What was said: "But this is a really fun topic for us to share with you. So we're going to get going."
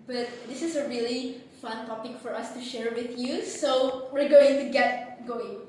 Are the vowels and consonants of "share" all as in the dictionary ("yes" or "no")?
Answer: yes